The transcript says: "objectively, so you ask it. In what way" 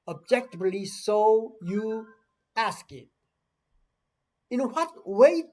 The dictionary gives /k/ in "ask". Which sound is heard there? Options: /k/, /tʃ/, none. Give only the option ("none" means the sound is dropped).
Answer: /k/